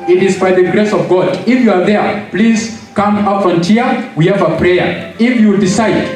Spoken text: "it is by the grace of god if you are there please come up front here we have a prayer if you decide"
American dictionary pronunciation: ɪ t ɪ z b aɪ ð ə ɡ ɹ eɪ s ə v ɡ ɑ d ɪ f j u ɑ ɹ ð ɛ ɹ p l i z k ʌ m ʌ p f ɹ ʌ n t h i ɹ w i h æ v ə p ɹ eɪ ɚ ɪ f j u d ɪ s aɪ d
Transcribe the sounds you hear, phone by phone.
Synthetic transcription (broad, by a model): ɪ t ɪ z b aɪ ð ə ɡ ɹ eɪ s ə v ɡ ɑ d ɪ f j u ɑ ɹ ð ɛ ɹ p l i z k ʌ m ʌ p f ʌ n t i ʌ w i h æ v ə p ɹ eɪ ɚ ɪ f j u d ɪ s aɪ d